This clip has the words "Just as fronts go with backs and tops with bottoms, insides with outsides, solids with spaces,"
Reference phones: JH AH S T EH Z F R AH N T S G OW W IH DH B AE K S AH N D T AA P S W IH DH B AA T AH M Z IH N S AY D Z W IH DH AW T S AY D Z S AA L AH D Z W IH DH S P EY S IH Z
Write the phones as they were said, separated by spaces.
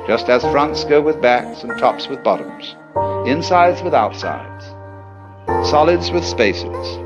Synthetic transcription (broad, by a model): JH AH S T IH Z F R AH N T S G OW W IH DH B AE K S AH N T AA P S W IH DH B AA T AH M Z IH N S AY D Z W IH DH AW T S AY D Z S AA L AH D Z W IH DH S P EY S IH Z